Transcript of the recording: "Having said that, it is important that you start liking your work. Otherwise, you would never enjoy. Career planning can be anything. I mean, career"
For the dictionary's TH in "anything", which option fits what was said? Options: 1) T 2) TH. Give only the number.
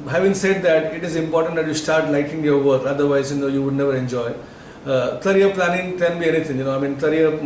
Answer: 1